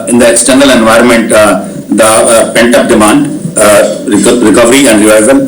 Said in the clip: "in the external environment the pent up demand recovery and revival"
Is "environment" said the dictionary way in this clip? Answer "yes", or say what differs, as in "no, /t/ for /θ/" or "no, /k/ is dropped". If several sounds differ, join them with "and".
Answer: yes